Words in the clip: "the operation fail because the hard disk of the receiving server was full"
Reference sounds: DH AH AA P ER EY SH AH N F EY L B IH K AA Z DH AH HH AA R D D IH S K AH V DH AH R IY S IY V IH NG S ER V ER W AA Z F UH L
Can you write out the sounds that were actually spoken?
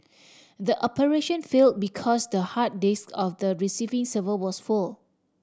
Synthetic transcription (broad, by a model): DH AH AA P ER EY SH AH N F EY L B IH K AA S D AH HH AA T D D IH S K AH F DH AH R IY S IY V IH NG S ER V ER W AA S F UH L